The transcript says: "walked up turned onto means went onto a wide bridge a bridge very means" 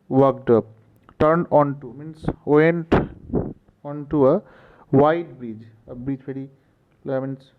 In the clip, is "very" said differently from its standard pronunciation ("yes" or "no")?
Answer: yes